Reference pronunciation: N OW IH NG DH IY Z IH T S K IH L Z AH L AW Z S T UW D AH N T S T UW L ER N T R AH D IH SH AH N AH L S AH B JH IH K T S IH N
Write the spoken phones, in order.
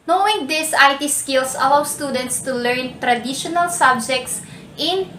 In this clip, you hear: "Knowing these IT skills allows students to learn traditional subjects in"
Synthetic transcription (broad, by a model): N OW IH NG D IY S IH T S K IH L S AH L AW S T UW D AH N T S T UW L ER N T R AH D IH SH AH N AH L S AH B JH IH K T S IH N